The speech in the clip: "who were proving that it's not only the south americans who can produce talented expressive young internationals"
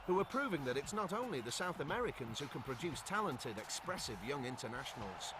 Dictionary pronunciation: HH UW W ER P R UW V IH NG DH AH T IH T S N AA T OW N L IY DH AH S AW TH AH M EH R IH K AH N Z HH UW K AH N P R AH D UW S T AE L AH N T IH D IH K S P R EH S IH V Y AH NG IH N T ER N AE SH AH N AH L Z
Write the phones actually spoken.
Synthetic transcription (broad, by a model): HH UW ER P R UW V IH NG DH AH T IH T S N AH T OW N L IY DH AH S AW TH AH M EH R IH K AH N Z HH UW K AH N P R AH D UW S T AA L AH N T IH D IH K S P R EH S IH V Y AH NG IH N T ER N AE SH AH N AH L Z